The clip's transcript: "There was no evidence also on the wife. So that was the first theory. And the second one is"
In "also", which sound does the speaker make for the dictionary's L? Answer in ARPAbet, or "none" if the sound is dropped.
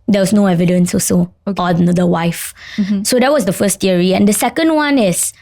none